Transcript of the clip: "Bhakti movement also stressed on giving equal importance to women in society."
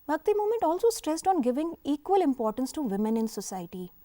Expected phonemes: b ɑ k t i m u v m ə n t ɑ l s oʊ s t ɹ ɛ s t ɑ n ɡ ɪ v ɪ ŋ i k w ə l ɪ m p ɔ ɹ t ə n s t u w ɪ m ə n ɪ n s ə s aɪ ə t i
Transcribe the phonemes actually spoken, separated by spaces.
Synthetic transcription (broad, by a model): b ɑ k t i m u m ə n t ɑ l s oʊ s t ɹ ɛ s t ɑ n ɡ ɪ v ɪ ŋ i k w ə l ɪ m p ɔ ɹ t ə n s t u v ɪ m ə n ɪ n s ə s aɪ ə t i